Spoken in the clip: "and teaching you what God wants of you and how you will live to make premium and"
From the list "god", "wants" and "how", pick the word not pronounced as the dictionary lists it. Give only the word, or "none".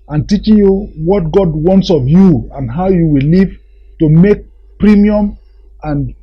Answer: none